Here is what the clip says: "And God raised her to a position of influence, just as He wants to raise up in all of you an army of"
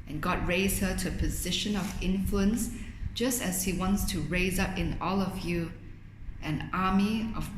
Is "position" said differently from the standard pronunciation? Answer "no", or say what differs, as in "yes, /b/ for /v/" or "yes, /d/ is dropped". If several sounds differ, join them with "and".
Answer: no